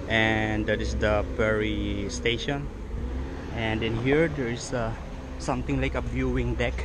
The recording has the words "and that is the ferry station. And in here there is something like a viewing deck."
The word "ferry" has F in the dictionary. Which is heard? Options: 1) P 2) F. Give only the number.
1